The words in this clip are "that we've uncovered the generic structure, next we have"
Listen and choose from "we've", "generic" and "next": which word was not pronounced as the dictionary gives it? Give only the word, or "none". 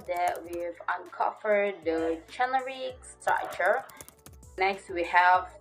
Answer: generic